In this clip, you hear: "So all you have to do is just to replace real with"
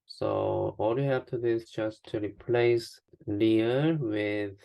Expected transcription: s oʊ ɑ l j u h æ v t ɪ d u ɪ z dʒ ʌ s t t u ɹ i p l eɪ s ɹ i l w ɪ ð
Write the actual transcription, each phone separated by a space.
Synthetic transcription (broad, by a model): s oʊ ɑ l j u h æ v t ɪ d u ɪ z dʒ ʌ s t t u ɹ i p l eɪ s l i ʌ w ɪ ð